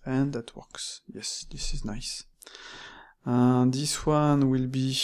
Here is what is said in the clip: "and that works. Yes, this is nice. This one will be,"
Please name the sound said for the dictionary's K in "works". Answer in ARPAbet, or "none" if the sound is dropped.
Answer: K